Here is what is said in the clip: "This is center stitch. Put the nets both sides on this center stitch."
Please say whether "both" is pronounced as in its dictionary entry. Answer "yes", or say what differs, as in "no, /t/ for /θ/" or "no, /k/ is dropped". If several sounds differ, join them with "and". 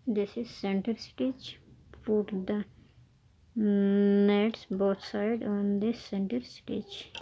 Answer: no, /t/ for /θ/